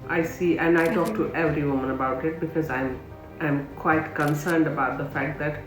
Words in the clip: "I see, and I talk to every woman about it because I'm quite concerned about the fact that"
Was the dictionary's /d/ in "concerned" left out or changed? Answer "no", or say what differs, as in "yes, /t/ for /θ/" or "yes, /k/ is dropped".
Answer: no